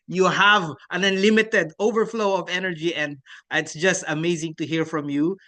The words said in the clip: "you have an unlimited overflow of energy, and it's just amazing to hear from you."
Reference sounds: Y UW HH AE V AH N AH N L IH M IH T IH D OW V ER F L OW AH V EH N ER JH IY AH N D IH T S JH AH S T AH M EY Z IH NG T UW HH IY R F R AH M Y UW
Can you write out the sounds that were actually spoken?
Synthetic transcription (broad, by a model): Y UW HH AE V AH N AH N L IH M IH T IH D OW V ER F L OW AH V EH N ER JH IY AH N D IH T S JH AH S T AH M EY Z IH NG T UW HH IY R F R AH M Y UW